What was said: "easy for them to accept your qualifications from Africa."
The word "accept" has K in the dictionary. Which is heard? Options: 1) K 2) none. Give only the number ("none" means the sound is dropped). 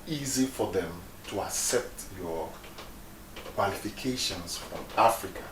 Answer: 1